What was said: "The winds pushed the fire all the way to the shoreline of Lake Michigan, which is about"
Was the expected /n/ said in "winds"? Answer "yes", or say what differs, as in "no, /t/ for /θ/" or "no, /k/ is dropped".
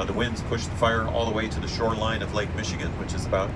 yes